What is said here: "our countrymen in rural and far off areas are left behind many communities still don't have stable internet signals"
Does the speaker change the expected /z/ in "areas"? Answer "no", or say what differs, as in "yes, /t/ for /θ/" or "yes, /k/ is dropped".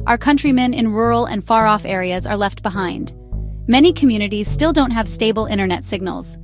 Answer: no